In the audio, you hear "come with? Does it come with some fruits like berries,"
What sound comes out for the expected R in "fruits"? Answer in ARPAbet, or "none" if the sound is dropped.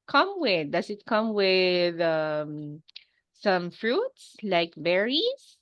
R